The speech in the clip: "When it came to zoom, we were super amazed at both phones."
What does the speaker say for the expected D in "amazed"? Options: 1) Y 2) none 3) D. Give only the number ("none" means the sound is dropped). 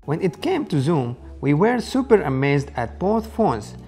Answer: 3